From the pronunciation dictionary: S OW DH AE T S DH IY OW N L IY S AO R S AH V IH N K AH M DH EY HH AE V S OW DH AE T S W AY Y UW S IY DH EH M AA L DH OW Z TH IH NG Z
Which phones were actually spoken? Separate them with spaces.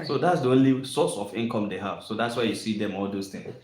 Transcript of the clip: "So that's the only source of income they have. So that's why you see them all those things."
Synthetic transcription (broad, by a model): S OW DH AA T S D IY OW N L IY S AO S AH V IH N K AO M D EY HH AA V S OW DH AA T S W AY Y UW S IY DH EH M AA L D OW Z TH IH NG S